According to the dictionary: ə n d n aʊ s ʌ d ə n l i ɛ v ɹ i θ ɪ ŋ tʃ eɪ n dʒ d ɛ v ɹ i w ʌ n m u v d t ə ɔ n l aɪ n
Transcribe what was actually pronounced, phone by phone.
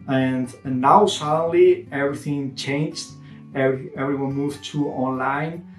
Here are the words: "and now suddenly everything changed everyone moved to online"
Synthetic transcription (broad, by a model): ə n n aʊ s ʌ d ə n l i ɛ v ɹ i θ ɪ ŋ tʃ eɪ n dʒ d ɛ v ɹ i w ʌ n m u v t ə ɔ n l aɪ n